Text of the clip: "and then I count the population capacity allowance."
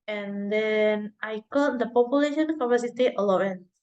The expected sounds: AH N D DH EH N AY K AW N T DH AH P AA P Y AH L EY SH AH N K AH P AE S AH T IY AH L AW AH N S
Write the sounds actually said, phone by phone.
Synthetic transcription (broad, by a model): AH N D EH N AY K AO T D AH P AA P Y AH L EY SH AH N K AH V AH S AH T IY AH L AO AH N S